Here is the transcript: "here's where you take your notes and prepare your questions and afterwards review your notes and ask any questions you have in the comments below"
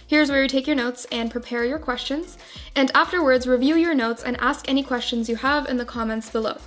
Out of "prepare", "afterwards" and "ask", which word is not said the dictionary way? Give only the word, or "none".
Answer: none